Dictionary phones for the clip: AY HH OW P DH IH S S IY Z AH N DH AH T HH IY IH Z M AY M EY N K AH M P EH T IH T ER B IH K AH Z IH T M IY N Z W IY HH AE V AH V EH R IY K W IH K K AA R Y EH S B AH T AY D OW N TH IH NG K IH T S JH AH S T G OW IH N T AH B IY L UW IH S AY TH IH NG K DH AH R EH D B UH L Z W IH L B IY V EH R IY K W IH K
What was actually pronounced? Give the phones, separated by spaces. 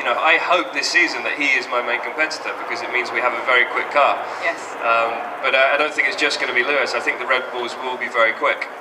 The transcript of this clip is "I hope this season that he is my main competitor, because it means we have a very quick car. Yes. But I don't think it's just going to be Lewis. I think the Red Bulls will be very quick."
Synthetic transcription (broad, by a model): AY HH OW P DH IH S S IY Z AH N DH AH T HH IY IH Z M AY M EY N K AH M P EH S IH T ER B IH K AH Z IH T M IY N Z W IY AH V AH V EH R IY K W IH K K AA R Y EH S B AH T AY D OW N TH IH NG K IH T S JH AH S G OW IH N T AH B IY L UW IH S AY TH IH NG K DH AH R EH D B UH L Z W IH L B IY V EH R IY K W IH K